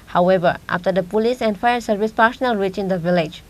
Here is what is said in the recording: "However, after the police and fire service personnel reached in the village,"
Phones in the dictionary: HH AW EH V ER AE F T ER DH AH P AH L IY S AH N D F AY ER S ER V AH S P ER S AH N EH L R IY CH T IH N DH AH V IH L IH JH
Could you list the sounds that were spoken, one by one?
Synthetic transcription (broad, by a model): HH AW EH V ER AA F T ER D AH P AH L IY S AH N D F AY ER S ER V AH S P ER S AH N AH L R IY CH IH N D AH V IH L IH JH